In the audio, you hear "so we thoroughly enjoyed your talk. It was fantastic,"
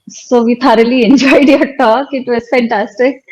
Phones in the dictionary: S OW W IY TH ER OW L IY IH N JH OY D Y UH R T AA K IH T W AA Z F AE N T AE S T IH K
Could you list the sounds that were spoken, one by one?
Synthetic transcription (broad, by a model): S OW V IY T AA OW L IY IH N JH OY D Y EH T AA K IH T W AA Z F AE N T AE S T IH K